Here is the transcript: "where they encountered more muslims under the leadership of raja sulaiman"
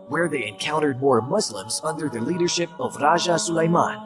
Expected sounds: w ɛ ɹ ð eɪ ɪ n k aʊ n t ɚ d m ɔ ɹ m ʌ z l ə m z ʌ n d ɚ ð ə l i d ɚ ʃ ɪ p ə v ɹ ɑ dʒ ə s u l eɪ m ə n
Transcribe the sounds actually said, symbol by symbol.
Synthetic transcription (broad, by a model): w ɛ ɹ ð eɪ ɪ n k aʊ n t ɚ d m ɔ ɹ m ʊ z l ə m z ʌ n d ɚ ð ə l i d ɚ ʃ ɪ p ə v ɹ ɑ ʒ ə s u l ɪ m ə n